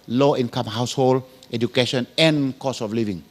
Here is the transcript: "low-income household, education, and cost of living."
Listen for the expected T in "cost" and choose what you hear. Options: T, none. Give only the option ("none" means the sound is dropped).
none